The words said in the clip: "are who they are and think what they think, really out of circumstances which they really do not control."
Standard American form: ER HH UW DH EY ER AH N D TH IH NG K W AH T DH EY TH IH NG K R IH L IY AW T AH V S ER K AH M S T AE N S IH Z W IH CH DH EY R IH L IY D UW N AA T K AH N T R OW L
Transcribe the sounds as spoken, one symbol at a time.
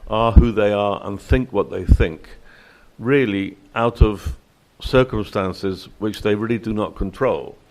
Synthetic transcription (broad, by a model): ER HH UW DH EY ER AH N TH IH NG K W AH T DH EY TH IH NG K R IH L IY AW T AH V S ER K AH M S T AE N S IH Z W IH CH DH EY R IH L IY D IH N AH T K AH N T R OW L